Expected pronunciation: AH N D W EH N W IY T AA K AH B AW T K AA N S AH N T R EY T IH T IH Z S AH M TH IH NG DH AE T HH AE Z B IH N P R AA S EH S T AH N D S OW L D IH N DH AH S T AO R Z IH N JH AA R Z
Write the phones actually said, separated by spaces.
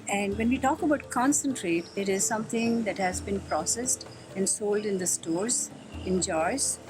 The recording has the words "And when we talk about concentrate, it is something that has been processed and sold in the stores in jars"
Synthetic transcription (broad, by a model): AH N D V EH N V IY T AA K AH B AW T K AA N S AH N T R EY T IH T IH Z S AH M T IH NG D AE T HH AE Z B IH N P R AA S EH S T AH N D S OW L D IH N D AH S T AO R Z IH N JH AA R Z